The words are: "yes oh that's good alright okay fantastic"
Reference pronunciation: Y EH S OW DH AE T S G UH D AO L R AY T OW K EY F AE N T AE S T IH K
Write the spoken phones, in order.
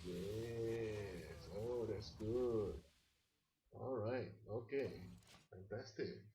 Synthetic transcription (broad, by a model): Y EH S OW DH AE T S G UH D AO L R AY T OW K EY F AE N T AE S T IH K